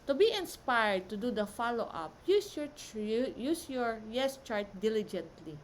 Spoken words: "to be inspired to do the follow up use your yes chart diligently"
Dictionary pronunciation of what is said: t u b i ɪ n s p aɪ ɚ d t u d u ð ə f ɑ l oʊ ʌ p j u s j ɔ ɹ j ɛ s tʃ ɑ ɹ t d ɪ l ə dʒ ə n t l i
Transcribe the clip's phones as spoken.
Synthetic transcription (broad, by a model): t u b i ɪ n s p aɪ ɚ d t u d u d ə f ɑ l oʊ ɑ p j u s j ɔ ɹ j ɛ s tʃ ɑ ɹ t d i l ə dʒ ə n t l i